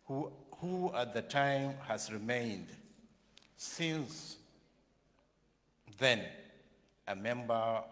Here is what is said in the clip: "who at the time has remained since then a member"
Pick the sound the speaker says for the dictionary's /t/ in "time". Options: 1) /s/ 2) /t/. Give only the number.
2